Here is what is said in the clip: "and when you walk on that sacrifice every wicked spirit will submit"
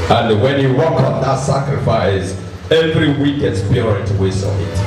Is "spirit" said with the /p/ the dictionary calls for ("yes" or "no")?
no